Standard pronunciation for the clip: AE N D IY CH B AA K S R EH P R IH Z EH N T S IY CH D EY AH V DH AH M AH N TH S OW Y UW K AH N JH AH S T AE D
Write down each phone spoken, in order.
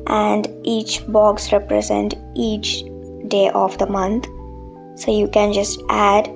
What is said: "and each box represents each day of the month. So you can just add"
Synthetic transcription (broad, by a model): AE N D IY CH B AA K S R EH P R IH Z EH N T IY CH D EY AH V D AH M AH N T S OW Y UW K AH N JH AH S T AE D